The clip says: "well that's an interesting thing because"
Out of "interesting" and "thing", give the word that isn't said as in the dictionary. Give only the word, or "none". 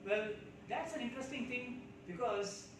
thing